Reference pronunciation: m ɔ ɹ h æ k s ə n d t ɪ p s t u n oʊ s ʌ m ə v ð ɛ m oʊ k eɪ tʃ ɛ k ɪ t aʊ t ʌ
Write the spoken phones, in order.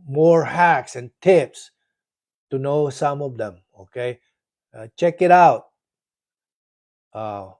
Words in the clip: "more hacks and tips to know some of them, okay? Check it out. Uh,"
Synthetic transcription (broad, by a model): m ɔ ɹ h æ k s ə n t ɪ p s t u n oʊ s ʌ m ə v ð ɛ m oʊ k eɪ tʃ ɛ k ɪ t aʊ t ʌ